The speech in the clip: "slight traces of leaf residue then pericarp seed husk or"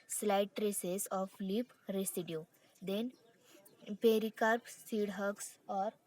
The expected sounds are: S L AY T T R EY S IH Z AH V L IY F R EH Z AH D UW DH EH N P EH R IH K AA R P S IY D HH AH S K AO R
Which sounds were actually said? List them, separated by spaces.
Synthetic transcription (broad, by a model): S L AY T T R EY S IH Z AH F L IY P R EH S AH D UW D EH N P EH R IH K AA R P S IY D HH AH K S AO R